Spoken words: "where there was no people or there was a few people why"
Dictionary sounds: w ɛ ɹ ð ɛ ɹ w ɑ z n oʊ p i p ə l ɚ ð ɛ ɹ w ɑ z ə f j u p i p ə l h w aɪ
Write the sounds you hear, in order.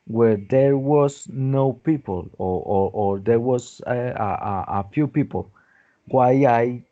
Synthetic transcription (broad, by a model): w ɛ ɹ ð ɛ ɹ w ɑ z n oʊ p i p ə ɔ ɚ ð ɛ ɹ w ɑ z ə f j u p i p ə l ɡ w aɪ